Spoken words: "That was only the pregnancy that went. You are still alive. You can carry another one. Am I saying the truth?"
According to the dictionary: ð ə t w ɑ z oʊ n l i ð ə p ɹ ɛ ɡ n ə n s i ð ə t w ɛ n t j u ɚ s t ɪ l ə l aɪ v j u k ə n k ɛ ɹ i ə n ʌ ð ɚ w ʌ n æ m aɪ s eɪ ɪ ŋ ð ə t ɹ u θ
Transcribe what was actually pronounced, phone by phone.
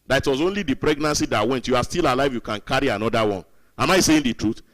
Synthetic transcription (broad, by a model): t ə t w ɑ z oʊ n l i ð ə p ɹ ɛ ɡ n ə n s i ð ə t w ɛ n t j u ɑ s t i l ə l aɪ v j u k ə n k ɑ ɹ i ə n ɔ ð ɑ w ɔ n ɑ m aɪ s eɪ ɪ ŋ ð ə t ɹ u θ